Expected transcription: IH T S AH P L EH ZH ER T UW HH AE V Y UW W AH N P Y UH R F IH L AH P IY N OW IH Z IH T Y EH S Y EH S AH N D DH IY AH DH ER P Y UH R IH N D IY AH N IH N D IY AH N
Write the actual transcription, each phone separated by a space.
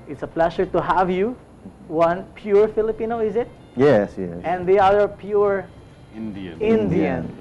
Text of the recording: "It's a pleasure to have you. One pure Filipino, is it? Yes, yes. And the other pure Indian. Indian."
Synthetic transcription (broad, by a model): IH T S AH P L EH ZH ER T UW HH AE V Y UW W AH N P Y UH R F IH L AH P IY N OW IH Z IH T Y EH S Y EH S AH N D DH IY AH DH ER P Y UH R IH N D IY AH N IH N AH N